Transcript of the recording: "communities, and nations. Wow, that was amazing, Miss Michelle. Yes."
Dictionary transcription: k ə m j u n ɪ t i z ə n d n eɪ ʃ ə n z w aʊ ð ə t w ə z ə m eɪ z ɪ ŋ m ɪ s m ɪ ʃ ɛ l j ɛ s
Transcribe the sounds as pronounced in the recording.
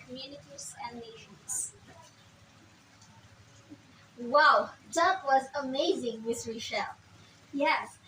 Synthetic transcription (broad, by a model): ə m j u n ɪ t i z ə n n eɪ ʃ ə n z w aʊ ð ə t w ə z ə m eɪ z ɪ ŋ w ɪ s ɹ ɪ ʃ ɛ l j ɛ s